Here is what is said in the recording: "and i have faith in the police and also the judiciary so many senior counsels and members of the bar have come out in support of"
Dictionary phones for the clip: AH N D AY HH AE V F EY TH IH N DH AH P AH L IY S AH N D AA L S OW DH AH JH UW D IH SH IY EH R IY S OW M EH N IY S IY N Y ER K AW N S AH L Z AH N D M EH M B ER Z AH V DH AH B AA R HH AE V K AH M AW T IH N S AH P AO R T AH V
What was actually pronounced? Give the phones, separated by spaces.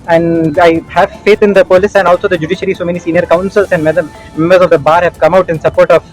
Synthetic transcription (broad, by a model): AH N D AY HH AE V F EY T IH N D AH P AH L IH S AH N D AA L S OW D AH JH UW D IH SH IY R IY S OW M EH N IY S IY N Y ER K AW N S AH L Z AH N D M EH M B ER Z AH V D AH B AA R HH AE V K AH M AW T IH N S AH P AO R T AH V